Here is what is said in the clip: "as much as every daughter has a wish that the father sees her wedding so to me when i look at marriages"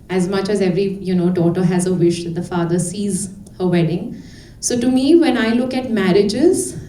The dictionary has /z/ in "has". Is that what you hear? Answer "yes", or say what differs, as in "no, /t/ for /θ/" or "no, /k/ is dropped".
yes